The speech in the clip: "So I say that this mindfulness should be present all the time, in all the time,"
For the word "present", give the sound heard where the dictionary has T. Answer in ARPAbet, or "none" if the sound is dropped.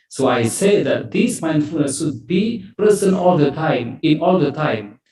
none